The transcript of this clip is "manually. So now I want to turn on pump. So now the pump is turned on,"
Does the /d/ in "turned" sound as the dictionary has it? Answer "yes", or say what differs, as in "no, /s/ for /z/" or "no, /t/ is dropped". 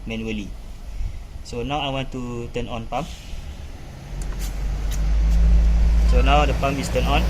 no, /d/ is dropped